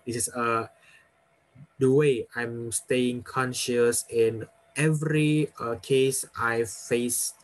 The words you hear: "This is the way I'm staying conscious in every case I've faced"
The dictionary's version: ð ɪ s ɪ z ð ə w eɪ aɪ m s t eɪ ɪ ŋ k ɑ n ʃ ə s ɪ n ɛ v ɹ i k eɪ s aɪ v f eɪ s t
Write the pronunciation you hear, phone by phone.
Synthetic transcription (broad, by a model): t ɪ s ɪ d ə w eɪ aɪ m s t eɪ ɪ ŋ k ɑ n ʃ ə s ɪ n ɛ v ɹ i k eɪ s aɪ f eɪ s